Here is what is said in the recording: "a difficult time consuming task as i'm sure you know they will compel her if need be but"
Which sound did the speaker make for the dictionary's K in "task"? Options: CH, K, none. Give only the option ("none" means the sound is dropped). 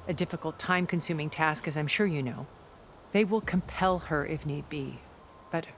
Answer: K